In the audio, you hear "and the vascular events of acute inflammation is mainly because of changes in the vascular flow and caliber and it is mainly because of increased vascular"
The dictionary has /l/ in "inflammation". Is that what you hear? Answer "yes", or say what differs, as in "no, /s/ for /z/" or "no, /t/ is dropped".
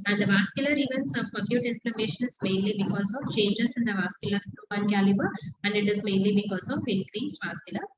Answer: yes